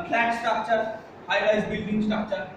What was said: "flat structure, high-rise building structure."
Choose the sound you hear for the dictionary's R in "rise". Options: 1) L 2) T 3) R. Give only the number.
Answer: 1